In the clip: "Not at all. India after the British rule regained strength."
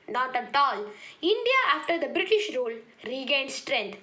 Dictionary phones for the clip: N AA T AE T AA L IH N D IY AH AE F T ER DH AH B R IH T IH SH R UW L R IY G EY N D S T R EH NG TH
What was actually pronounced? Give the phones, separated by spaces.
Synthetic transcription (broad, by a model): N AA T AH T AA L IH N D IY AH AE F T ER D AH B R IH T IH SH R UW L R IY G EY N D S T R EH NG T